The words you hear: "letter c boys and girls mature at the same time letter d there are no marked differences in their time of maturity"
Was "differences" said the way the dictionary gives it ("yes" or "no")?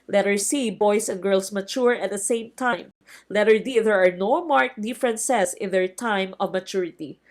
no